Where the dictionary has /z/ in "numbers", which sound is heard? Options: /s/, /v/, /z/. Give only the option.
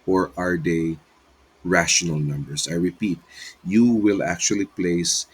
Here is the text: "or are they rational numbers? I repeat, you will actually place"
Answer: /s/